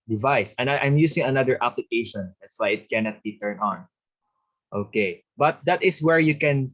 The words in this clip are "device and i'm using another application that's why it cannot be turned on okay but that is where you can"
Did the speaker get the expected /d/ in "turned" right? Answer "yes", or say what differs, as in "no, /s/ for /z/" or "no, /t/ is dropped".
no, /d/ is dropped